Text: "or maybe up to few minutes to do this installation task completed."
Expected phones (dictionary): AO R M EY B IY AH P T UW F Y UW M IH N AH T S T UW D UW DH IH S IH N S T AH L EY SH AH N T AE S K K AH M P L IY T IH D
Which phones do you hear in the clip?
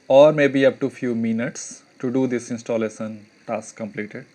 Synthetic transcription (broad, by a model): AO R M EY B IY AH P T UW F Y UW M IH N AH T S T UW D UW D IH S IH N S T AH L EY S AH N T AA S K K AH M P L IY T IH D